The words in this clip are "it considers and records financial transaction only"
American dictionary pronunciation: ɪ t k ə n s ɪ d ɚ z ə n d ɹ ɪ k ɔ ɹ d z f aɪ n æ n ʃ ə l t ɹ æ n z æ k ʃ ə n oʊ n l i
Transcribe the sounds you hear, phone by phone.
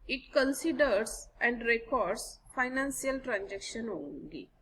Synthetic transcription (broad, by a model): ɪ t k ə n s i d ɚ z ə n d ɹ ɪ k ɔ ɹ d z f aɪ n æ n s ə l t ɹ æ n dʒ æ k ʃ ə n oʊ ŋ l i